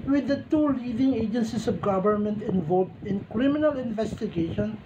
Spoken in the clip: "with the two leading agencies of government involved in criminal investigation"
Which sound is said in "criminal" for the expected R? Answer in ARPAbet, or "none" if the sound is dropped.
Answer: R